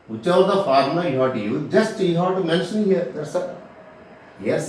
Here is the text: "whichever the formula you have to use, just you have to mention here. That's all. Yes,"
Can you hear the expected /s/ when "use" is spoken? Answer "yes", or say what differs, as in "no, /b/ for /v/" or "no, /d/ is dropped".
no, /s/ is dropped